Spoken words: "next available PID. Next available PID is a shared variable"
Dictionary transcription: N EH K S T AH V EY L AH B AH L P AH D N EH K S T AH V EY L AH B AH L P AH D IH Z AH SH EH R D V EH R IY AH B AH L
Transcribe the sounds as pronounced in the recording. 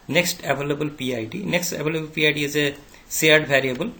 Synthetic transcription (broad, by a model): N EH K S T AH V EY L AH B AH L P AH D N EH K S T AH V EY L AH B AH L P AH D IH Z AH S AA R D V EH R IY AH B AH L